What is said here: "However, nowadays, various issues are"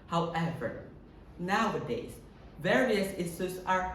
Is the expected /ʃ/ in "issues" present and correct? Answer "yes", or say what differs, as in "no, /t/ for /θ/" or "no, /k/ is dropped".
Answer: no, /s/ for /ʃ/